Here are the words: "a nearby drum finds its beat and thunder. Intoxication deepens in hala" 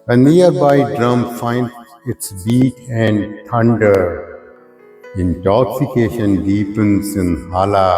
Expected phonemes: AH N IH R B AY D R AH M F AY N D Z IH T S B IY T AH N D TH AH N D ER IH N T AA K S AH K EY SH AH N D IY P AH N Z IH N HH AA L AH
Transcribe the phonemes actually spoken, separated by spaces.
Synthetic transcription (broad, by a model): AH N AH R B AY D R AH M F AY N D IH T S B IY T AH N D T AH N D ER IH N T AA K S AH K EY SH AH N D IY P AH N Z IH N HH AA L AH